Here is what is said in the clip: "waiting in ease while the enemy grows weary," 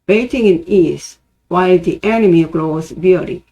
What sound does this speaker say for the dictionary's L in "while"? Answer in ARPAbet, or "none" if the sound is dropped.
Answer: L